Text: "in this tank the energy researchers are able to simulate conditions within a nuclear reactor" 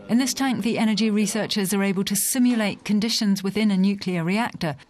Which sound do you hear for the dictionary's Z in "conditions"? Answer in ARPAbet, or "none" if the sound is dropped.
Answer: Z